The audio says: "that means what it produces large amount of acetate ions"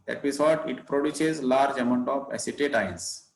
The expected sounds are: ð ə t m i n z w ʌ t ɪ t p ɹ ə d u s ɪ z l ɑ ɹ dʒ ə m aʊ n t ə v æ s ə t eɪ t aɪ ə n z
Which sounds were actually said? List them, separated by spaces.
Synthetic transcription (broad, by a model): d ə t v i z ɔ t ɪ t p ɹ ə d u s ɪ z l ɑ ɹ dʒ ə m aʊ n t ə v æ s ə t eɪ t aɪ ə n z